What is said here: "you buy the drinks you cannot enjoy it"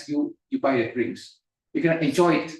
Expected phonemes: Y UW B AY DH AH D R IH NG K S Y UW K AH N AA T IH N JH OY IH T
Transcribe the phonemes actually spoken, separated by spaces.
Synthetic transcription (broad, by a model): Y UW B AY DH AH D R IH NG S Y UW K AH N AA T IH N JH OY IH T